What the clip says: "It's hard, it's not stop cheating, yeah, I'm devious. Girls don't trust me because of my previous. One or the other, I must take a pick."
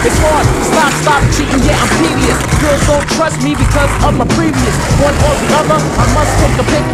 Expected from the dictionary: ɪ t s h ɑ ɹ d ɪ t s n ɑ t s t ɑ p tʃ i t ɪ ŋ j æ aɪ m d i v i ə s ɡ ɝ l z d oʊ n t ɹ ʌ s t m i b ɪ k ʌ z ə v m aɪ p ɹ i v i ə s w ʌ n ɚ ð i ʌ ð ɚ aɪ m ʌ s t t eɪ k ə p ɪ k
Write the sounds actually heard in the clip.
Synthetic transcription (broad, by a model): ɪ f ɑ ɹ ɪ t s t ɑ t s t ɑ p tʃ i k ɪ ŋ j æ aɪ m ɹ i v i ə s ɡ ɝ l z d oʊ n t ɹ ʌ s t m i b ɪ k ʌ z ə v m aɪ p ɹ i v i ə s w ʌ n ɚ ð i ʌ ð ɚ aɪ m ʌ s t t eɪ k ə p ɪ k